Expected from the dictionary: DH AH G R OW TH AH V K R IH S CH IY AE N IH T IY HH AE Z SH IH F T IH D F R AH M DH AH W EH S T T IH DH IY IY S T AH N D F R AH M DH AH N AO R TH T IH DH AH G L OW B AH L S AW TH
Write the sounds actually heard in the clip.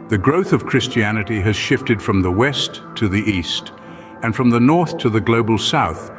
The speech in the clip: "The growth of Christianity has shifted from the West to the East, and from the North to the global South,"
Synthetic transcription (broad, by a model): DH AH G R OW TH AH V K R IH S CH IY AE N IH T IY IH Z SH IH F T IH D F R AH M DH AH W EH S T T IH DH IY IY S T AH N F R AH M DH AH N AO R TH T IH DH AH G L OW B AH L S AW TH